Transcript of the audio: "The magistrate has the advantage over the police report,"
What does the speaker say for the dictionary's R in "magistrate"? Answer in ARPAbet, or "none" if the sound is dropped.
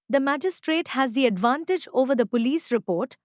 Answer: R